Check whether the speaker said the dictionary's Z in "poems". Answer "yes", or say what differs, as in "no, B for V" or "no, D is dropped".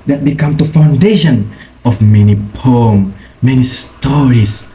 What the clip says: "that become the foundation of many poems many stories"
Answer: no, Z is dropped